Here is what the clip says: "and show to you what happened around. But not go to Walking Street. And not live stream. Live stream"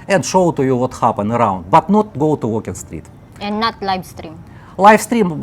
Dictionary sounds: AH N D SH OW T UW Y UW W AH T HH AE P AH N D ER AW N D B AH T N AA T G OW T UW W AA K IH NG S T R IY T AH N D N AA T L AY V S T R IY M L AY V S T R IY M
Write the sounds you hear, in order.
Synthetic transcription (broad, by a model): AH N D SH OW T UW Y UW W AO T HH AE P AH N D ER AW N D B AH T N AA T G OW T UW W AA K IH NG S T R IY T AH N N AA T L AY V S T R IY M L AY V S T R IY M